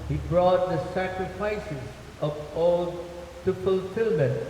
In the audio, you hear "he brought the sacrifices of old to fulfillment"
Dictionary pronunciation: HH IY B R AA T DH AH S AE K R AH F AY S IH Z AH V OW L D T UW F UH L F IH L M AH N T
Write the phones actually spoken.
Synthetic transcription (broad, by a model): HH IY B R AA T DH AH S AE K R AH F AY S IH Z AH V OW L D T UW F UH L F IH L M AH N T